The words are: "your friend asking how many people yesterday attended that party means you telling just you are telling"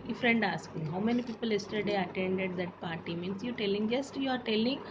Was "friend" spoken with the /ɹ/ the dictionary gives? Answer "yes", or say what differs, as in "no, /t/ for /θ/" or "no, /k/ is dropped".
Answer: yes